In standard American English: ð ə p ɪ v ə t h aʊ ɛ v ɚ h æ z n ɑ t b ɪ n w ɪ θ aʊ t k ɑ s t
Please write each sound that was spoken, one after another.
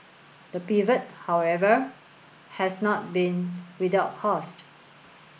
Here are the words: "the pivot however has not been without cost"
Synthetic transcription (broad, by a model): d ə p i v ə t h aʊ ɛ v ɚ h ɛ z n ɑ t b ɪ n w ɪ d aʊ t k ɑ s t